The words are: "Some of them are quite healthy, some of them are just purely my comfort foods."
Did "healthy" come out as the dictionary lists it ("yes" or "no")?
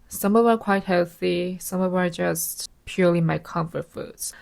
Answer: yes